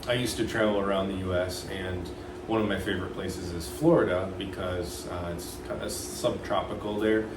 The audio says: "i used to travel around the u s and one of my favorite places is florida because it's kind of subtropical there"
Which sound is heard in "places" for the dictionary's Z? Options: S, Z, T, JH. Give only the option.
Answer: Z